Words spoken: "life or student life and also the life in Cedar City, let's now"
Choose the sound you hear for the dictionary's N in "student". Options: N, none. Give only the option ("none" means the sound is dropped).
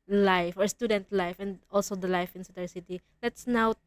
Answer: N